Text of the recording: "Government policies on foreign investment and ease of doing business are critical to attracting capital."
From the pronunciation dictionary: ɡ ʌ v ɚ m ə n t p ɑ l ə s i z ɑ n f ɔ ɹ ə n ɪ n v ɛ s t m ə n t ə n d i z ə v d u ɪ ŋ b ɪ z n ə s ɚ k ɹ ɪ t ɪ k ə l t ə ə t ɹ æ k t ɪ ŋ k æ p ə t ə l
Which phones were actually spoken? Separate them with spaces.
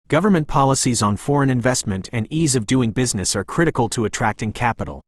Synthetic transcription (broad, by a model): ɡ ʌ v ɚ m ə n p ɑ l ə s i z n f ɔ ɹ ə n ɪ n v ɛ s t m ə n t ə n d i z ə v d u ɪ ŋ b ɪ z n ə s ɚ k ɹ ɪ t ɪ k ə l t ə ə t ɹ æ k t ɪ ŋ k æ p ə t l